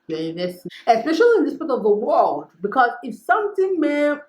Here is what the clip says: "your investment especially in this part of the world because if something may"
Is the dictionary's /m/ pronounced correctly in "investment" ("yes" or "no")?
no